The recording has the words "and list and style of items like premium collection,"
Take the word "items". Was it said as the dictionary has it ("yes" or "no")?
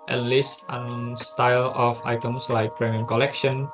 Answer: no